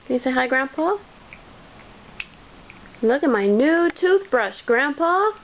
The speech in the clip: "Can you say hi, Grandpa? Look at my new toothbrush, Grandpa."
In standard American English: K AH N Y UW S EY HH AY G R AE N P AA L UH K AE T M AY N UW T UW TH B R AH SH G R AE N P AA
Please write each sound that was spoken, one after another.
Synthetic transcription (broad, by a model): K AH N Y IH S EY HH AY G R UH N P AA L UH K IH T M AY N UW T UW TH B R AH SH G R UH N P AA